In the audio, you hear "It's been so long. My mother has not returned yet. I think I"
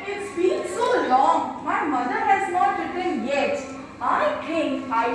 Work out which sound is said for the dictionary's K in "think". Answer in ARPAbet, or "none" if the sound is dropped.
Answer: none